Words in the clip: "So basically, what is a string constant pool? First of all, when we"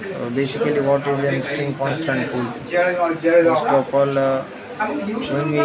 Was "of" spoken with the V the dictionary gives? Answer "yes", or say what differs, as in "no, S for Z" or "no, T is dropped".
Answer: no, P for V